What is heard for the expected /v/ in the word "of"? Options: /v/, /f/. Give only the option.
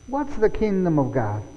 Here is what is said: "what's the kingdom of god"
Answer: /v/